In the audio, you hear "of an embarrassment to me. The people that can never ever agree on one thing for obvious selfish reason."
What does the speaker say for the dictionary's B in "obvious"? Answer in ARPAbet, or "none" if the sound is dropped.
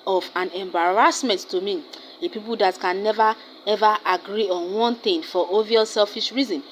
none